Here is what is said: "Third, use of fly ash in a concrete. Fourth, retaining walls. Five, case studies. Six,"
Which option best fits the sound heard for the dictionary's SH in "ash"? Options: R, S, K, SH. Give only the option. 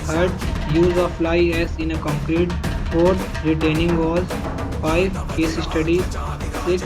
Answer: S